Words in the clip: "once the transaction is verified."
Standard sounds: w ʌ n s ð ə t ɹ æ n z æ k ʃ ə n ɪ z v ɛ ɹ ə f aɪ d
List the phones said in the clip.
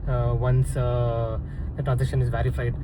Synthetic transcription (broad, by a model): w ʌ n s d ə t ɹ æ n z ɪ ʃ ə n ɪ z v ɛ ɹ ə f aɪ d